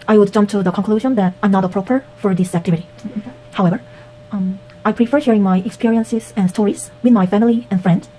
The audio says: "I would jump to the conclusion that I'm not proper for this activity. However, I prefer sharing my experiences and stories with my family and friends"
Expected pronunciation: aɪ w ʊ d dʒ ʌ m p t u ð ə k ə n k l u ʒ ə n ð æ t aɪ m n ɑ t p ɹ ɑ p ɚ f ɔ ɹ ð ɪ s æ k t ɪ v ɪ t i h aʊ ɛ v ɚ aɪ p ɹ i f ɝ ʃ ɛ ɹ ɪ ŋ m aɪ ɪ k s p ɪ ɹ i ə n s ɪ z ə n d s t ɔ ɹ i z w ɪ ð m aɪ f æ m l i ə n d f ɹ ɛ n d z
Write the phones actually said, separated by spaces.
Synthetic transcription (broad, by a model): aɪ w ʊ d dʒ ʌ m p t u ð ə k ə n k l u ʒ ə n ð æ t aɪ m n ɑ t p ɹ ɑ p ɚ f ɔ ɹ ð ɪ s æ k t ɪ v ɪ t i h aʊ ɛ v ɚ aɪ p ɹ i f ɝ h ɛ ɹ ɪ ŋ m aɪ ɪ k s p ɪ ɹ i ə n s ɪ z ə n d s t ɔ ɹ i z w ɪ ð m aɪ f æ m l i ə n f ɹ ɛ n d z